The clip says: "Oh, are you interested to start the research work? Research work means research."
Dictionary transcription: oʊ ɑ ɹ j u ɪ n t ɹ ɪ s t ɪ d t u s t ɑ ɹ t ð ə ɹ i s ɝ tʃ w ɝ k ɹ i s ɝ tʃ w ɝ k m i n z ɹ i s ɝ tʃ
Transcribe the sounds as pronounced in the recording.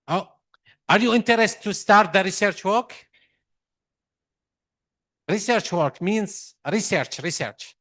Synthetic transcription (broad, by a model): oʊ ɑ ɹ j u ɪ n t ɪ t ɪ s t u s t ɑ ɹ t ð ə ɹ i s ɝ tʃ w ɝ k ɹ i s ɝ tʃ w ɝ k m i n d ɹ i s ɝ tʃ